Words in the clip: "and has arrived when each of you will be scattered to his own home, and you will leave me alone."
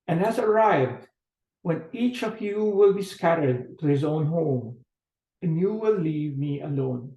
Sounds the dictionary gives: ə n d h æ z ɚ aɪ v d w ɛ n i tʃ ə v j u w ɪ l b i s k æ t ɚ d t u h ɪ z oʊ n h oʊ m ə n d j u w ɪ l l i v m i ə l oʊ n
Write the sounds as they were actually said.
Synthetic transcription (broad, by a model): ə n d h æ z ɚ aɪ v d w ɛ n i tʃ ə v j u w ɪ l b i s k æ t ɚ d t u h ɪ z oʊ n h oʊ m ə n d j u w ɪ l l i v m i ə l oʊ n